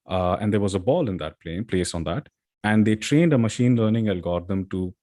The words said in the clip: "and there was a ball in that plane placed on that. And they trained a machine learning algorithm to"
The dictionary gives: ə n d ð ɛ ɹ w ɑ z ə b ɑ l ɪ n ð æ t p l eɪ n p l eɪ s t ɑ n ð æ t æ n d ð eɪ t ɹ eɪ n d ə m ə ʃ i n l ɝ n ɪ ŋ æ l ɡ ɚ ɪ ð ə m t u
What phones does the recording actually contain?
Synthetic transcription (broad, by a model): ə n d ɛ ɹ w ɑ z ə b ɑ l ɪ n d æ t p l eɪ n p l eɪ s ɑ n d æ t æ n d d eɪ t ɹ eɪ n d ə m ə ʃ i n l ɝ n ɪ ŋ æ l ɡ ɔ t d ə m t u